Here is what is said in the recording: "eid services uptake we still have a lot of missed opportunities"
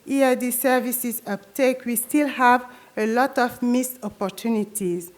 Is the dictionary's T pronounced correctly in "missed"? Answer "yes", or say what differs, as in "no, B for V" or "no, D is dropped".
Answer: no, T is dropped